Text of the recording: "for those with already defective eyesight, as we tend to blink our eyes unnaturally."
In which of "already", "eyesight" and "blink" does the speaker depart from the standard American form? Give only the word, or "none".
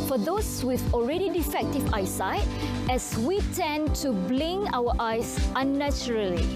blink